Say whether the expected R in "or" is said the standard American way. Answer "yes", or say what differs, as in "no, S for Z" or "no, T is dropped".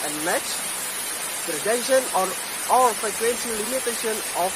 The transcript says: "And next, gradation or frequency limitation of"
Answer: no, L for R